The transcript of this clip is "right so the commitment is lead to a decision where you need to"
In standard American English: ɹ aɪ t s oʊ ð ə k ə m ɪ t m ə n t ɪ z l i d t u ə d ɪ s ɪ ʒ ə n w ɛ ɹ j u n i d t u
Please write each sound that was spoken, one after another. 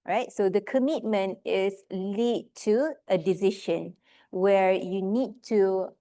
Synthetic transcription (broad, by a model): ɹ aɪ t s oʊ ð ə k ə m ɪ t m ə n t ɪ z l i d t u ə d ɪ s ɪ ʃ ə n w ɛ ɹ j u n i d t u